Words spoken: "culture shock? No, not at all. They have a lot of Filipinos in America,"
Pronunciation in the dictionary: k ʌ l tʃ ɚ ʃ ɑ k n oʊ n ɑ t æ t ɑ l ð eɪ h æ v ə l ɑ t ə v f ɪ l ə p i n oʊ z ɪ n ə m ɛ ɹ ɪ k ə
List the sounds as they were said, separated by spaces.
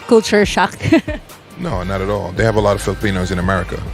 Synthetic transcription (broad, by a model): k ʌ l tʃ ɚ ʃ ɑ k n oʊ n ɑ t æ t ɑ l ð eɪ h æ v ə l ɑ t ə v f ɪ l ə p i n oʊ z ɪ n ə m ɛ ɹ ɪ k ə